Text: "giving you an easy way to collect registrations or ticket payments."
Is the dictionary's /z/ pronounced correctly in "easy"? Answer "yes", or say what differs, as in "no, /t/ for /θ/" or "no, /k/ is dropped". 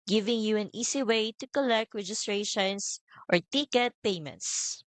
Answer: no, /s/ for /z/